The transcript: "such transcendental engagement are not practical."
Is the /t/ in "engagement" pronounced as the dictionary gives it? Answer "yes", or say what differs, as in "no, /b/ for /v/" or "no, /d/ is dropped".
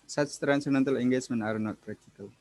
no, /t/ is dropped